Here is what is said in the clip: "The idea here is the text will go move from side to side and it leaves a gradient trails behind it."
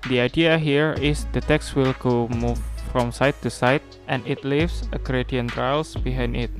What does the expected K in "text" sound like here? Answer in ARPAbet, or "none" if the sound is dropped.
K